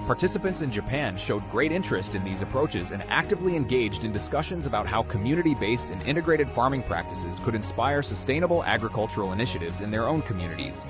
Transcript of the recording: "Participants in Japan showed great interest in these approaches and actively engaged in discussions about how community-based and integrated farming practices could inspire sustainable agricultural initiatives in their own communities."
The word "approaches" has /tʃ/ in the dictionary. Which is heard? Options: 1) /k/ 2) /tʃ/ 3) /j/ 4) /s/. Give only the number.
2